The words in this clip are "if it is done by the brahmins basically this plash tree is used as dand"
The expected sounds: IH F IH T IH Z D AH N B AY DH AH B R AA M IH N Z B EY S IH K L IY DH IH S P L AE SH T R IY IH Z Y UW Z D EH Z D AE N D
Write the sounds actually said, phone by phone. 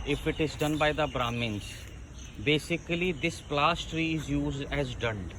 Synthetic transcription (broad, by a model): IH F IH T IH Z D AH N B AY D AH B R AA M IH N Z B EY S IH K L IY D IH S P L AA S T R IY IH Z Y UW Z D EH Z D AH N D